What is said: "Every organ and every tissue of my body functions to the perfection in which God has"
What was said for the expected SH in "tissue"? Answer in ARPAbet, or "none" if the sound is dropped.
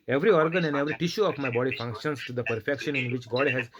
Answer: SH